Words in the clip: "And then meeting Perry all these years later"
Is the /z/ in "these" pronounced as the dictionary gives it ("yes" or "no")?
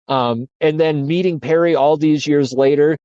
yes